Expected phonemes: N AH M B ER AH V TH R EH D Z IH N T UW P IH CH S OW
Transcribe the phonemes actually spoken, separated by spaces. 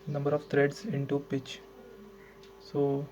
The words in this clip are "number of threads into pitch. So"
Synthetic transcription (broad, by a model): N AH M B ER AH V T R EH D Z IH N T UW P IH CH S OW